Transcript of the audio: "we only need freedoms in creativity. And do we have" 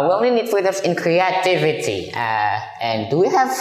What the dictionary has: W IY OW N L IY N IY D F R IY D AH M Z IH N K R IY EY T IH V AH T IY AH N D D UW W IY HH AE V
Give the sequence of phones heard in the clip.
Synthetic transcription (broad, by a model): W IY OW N L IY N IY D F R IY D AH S IH N K R IY EY T IH V AH T IY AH N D D UW W IY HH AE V